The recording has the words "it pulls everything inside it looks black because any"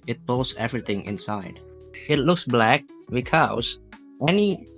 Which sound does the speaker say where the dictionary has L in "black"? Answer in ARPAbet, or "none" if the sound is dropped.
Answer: L